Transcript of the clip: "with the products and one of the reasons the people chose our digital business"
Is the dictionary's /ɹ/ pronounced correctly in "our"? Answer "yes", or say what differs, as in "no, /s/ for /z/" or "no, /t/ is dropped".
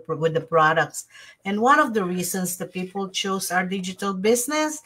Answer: yes